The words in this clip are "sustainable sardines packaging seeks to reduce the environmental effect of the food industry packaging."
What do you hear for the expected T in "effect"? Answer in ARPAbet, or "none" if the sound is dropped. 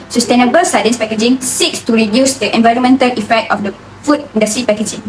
T